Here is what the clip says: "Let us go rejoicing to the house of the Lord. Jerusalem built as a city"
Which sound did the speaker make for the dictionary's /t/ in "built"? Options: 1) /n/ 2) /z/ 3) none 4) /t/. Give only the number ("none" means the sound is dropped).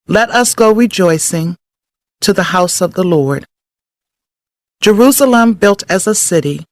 4